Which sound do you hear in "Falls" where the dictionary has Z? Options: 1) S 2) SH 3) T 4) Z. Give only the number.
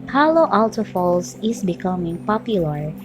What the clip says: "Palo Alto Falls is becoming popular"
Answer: 1